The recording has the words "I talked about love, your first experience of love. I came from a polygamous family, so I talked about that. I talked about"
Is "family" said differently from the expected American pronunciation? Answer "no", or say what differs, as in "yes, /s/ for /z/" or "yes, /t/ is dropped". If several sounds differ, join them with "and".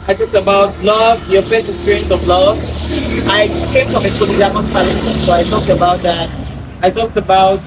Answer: yes, /m/ is dropped